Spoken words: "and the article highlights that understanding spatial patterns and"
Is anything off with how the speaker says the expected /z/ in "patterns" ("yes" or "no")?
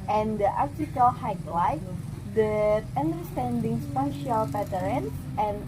yes